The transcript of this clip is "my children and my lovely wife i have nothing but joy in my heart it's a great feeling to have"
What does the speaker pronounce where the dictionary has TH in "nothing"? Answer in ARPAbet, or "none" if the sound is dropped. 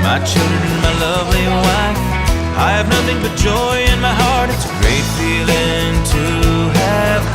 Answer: TH